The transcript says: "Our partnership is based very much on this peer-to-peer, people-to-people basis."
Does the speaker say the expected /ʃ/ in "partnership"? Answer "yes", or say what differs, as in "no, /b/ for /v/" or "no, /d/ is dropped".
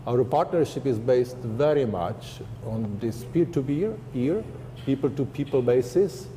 yes